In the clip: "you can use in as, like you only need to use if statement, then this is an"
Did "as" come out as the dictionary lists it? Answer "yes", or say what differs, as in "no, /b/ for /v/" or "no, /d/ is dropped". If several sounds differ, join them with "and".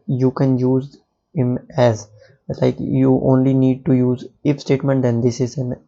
yes